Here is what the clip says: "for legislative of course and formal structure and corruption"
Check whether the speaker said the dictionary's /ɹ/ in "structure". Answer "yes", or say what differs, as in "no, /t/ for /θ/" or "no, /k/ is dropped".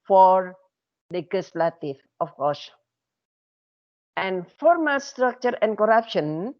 yes